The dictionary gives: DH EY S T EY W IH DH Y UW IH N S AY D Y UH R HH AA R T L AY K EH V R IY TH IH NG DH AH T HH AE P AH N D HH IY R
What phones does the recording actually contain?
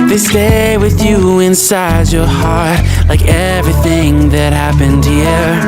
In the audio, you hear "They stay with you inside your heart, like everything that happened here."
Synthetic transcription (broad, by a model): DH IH S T EY W IH DH Y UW IH N S AY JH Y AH R HH AA R T L AY K EH V R IY TH IH NG DH AH T HH AE P AH N D HH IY R